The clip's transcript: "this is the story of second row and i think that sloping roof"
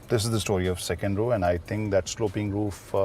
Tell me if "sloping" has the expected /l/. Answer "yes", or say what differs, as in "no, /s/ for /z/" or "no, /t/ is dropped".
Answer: yes